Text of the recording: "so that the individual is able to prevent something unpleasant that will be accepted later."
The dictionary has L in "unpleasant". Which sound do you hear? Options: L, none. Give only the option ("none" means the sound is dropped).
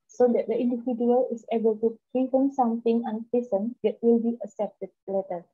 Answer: none